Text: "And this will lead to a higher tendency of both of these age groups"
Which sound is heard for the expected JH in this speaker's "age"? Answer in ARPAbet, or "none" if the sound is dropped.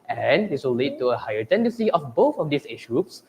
SH